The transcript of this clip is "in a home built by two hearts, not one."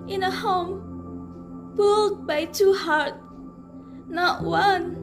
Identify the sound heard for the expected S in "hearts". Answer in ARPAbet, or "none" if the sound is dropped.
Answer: none